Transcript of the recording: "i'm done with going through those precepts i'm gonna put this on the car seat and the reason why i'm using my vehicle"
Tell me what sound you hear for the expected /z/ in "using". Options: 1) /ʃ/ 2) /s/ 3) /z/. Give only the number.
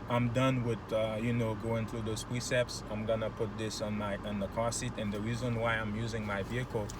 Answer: 3